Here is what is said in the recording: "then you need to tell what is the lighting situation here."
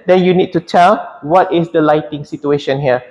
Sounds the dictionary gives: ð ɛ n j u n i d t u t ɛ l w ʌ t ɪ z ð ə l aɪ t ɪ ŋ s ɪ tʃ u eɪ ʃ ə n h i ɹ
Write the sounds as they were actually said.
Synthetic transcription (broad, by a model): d ɛ n j u n i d t u t ɛ l w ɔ t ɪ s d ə l aɪ t ɪ ŋ s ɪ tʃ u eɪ ʃ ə n h i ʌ